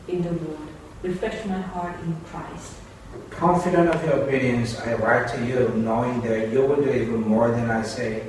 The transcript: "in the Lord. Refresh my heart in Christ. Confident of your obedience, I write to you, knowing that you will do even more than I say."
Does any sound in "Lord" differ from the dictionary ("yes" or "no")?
yes